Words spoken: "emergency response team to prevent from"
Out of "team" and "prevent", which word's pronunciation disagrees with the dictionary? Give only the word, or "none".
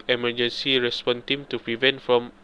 none